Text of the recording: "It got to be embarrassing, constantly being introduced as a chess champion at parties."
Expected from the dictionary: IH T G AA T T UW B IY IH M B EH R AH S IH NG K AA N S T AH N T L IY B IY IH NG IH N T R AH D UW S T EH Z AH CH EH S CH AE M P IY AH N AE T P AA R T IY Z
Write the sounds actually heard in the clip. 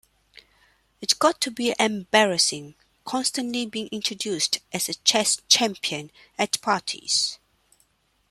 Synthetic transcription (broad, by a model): IH T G AA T T UW B IY IH M B EH R AH S IH NG K AA N S T AH N T L IY B IY IH NG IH N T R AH D UW S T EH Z AH CH EH S CH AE M P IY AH N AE T P AA T IY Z